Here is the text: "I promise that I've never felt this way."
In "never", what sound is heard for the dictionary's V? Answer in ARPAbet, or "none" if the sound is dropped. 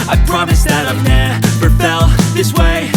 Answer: P